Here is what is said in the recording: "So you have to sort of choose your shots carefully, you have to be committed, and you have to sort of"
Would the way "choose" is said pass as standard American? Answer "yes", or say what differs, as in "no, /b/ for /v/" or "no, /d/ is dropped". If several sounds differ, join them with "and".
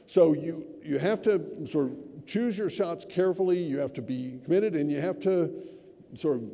yes